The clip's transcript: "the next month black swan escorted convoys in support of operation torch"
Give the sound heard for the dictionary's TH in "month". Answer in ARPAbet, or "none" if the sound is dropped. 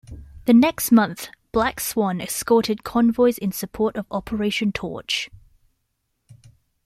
TH